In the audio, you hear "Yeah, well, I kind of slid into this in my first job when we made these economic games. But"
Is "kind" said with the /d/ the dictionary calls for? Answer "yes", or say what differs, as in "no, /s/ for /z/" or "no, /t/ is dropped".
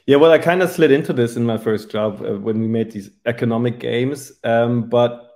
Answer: yes